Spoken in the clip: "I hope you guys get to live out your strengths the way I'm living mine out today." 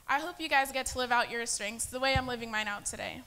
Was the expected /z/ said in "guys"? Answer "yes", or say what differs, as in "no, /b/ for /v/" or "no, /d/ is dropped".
yes